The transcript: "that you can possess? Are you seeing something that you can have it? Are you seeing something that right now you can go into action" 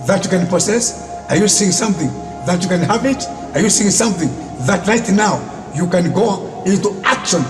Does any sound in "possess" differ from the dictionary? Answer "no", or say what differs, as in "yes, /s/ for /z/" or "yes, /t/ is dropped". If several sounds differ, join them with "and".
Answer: yes, /s/ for /z/